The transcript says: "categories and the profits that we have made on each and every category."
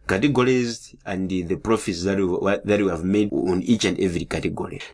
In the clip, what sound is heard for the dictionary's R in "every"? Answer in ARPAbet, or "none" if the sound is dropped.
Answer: R